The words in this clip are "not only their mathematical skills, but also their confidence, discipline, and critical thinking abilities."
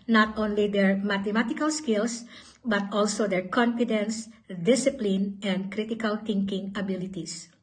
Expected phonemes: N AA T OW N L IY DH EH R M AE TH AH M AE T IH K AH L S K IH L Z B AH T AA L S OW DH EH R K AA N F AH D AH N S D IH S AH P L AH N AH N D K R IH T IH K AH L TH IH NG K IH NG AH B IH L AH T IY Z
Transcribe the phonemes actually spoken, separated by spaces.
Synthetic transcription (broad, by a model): N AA T OW N L IY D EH R M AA T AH M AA T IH K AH L S K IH L S B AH T AA L S OW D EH R K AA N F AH D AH N S D IH S AH P L AH N AH N D K R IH T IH K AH L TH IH NG K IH NG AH B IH L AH T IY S